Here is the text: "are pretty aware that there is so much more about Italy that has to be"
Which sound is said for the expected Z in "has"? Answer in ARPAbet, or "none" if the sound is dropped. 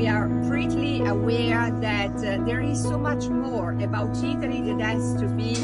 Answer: S